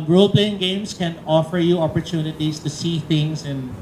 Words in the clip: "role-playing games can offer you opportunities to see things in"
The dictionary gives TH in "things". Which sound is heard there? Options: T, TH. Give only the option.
T